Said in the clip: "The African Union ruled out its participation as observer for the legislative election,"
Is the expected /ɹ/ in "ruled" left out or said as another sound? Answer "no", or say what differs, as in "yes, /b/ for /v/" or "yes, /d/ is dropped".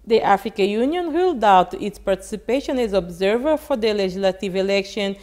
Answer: yes, /w/ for /ɹ/